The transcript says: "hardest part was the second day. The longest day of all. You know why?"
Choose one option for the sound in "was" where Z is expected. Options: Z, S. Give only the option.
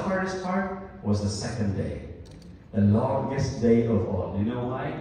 Z